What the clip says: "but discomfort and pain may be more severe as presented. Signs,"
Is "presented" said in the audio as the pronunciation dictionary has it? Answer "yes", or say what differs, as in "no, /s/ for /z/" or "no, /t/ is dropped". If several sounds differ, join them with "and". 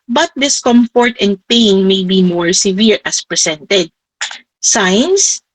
no, /s/ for /z/